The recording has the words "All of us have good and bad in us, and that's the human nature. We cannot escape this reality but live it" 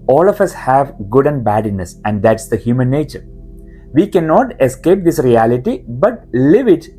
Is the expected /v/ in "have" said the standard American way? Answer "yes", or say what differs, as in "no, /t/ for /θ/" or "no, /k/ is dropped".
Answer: yes